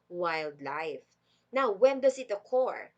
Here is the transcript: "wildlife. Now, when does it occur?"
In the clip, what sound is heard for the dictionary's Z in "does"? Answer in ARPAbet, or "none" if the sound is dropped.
S